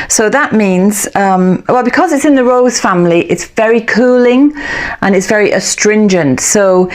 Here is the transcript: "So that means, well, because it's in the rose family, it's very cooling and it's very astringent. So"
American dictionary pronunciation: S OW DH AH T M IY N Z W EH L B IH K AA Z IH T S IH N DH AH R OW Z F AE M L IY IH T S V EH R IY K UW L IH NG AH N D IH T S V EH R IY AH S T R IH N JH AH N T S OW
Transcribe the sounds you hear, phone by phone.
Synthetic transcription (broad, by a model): S OW DH AH T M IY N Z W EH L B IH K AA Z IH T S IH N DH AH R OW Z F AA M L IY IH T S V EH R IY K UW L IH NG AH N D IH T S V EH R IY AH S T R IH N JH AH N T S OW